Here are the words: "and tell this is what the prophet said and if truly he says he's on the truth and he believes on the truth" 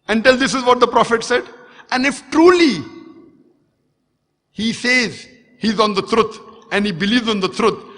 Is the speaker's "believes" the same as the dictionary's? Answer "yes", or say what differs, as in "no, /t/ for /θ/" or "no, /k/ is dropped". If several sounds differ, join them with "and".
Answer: yes